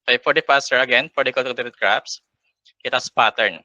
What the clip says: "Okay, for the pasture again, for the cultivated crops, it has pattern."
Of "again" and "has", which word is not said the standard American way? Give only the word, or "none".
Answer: has